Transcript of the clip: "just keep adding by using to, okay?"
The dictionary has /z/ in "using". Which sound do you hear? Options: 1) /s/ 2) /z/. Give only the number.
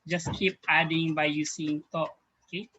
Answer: 1